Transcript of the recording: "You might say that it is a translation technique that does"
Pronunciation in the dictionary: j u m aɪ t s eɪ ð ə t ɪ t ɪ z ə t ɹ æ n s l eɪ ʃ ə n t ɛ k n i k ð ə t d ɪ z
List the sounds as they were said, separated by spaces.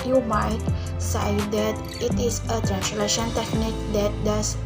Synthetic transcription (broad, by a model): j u m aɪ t s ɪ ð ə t ɪ t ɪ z ə t ɹ æ n s l eɪ ʃ ə n t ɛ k n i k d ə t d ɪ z